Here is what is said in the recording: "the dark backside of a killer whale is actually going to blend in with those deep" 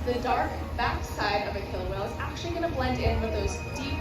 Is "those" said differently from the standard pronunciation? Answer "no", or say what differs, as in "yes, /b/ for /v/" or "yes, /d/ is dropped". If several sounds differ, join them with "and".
no